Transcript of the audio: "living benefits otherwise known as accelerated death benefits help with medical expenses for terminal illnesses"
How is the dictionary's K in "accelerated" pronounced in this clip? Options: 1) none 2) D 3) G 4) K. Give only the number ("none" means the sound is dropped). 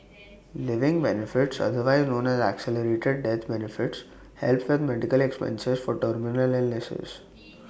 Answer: 4